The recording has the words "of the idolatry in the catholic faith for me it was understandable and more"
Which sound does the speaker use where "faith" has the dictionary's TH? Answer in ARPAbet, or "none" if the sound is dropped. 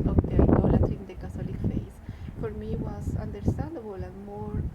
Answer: S